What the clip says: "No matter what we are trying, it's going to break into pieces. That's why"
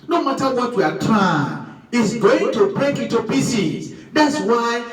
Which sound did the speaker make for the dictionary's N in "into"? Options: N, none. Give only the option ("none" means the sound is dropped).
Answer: none